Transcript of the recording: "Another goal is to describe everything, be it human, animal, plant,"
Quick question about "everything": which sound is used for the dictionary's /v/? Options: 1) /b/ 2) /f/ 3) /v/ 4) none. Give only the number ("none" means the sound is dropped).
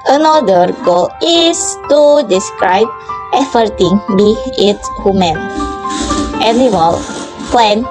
2